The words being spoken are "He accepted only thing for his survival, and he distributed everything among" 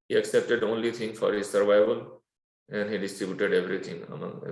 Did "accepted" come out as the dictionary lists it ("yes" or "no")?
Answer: yes